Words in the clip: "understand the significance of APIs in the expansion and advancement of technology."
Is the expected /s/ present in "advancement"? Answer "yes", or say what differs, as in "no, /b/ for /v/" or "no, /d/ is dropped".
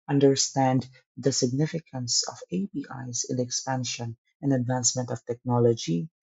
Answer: yes